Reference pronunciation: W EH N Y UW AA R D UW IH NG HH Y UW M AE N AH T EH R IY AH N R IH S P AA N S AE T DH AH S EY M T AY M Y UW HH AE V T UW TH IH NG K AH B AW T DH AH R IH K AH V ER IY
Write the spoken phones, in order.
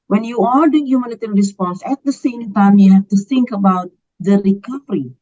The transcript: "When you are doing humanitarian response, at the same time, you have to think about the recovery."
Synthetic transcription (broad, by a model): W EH N Y UW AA L D UW IH NG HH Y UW M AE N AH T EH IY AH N R IH S P AA N S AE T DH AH S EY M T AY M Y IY HH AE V T UW TH IH NG K AH B AW T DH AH R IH K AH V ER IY